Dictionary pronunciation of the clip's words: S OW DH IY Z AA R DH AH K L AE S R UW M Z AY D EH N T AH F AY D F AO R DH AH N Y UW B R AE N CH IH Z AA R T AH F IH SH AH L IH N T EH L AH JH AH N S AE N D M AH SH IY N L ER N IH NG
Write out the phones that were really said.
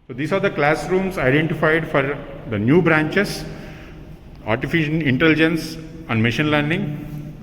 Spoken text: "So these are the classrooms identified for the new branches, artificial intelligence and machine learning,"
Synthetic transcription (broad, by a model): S OW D IY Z AA R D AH K L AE S R UW M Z AY D EH N T AH F AY D F AO R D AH N Y UW B R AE N CH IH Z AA R T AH F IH SH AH N IH N T EH L AH JH AH N S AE N D M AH SH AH N L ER N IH NG